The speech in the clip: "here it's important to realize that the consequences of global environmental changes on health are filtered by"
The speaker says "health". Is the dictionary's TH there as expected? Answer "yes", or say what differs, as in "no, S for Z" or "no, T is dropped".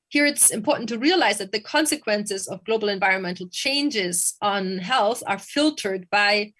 yes